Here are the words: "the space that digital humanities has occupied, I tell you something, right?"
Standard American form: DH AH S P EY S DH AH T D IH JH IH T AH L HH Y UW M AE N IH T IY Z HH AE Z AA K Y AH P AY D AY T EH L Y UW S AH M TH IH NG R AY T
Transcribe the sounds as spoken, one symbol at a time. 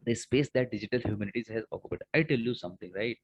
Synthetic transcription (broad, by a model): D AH S P EY S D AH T D IH JH IH T AH L HH Y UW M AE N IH T IY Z HH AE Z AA K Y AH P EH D AY T EH L Y UW S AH M T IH NG R AY T